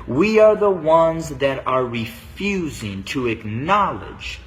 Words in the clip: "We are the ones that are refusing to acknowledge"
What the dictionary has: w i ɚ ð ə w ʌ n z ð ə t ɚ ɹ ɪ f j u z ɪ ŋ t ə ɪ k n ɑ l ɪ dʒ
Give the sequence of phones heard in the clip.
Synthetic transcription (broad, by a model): w i ɚ ð ə w ʌ n z ð ə t ɚ ɹ ɪ f j u z ɪ ŋ t ə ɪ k n ɑ l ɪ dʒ